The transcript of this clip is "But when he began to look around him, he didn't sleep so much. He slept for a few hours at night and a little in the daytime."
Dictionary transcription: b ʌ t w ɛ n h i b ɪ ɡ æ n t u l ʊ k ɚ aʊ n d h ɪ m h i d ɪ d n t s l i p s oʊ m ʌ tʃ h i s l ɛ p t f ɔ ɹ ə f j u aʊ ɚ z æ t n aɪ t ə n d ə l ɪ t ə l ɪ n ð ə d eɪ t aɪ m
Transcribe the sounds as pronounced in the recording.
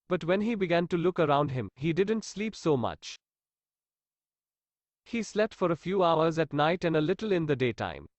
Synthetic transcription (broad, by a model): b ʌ t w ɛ n h i b ɪ ɡ æ n t u l ʊ k ɚ aʊ n d h ɪ m h i d ɪ d n t s l i p s oʊ m ʌ tʃ h i s l ɛ p t f ɔ ɹ ə f j u aʊ ɚ z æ t n aɪ t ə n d ə l ɪ t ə l ɪ n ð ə d eɪ t aɪ m